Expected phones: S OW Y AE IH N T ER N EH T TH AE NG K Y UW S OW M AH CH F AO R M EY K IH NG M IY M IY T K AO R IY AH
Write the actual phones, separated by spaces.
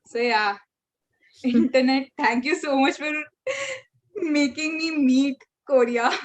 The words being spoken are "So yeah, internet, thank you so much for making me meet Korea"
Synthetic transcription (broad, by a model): S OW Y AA IH N T ER N EH T T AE NG K Y UW S OW M AH CH F AO R M EY K IH NG M IY M IY T K AO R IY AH